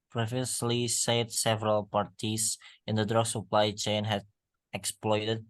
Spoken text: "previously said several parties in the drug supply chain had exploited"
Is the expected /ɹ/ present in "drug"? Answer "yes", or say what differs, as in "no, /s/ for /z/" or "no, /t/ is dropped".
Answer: yes